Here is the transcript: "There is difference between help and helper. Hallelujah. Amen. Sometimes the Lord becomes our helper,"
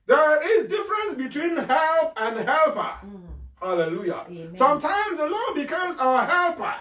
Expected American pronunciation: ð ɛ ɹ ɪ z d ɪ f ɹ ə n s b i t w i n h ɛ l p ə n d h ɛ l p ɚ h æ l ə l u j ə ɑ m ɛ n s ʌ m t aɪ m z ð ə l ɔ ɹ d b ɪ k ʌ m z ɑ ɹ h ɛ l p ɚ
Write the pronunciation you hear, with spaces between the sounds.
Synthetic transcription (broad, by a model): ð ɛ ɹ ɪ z d ɪ f ɹ ə n s b i t w i n h ɛ l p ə n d h ɛ l p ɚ h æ l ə l u j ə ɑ s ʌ m t aɪ m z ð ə l ɔ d b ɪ k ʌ m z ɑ h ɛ l p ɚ